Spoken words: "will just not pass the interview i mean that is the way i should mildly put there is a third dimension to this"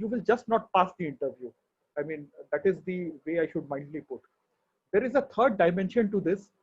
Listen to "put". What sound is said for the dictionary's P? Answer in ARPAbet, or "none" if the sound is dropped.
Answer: P